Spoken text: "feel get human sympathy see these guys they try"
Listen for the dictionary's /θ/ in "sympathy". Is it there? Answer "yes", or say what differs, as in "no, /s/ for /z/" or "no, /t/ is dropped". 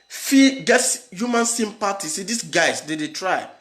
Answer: no, /t/ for /θ/